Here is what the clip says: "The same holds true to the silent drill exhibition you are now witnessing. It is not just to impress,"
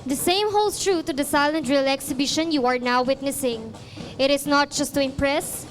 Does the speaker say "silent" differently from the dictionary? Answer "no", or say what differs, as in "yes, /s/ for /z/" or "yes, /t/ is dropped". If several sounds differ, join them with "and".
no